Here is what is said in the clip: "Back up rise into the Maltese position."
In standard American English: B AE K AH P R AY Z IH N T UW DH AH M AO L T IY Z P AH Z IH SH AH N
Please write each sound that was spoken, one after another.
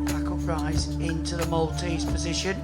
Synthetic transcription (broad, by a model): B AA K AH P R AY Z IH N T UW DH AH M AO L T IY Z P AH Z IH SH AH N